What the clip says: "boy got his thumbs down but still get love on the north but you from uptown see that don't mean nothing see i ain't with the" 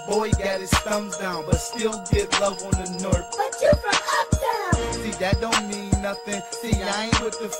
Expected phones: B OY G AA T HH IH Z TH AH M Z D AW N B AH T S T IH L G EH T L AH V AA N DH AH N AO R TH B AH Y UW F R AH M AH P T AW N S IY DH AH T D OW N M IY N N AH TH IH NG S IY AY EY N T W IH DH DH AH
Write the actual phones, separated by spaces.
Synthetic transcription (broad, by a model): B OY G AA T HH IH Z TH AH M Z D AW N B AH T S T IH L G EH T L AH V N DH AH N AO R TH B AH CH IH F R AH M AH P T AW S IY DH AH T D OW N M IY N N AH TH IH NG S IY AY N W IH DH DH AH